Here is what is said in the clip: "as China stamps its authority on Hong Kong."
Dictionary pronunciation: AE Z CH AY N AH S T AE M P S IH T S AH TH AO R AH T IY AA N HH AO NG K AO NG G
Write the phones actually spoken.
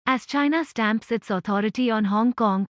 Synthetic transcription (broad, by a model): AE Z CH AY N AH S T AE M P S IH T S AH T AO R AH T IY AA N HH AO NG K AO NG G